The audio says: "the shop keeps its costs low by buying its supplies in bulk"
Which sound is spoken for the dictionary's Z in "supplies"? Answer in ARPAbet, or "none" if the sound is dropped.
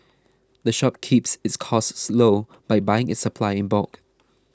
none